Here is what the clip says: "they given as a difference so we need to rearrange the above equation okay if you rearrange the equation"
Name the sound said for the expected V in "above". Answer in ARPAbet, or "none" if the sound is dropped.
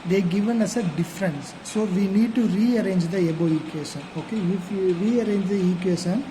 none